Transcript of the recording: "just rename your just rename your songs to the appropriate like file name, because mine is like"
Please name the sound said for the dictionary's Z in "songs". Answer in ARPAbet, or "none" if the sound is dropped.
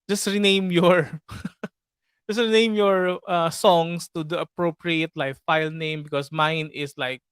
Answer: S